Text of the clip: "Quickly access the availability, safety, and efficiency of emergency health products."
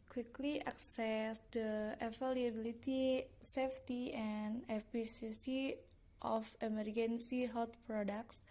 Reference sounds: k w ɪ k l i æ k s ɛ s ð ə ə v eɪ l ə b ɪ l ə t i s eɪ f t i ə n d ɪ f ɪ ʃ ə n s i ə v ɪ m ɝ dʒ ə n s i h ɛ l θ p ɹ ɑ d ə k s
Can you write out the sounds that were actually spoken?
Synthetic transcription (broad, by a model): k w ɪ k l i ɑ k s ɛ s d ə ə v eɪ l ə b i l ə t i s eɪ f t i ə n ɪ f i s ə s i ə f ɪ m ɝ dʒ ə n s i h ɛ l t p ɹ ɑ d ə k s